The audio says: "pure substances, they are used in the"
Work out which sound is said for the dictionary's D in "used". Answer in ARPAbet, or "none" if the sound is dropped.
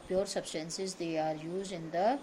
none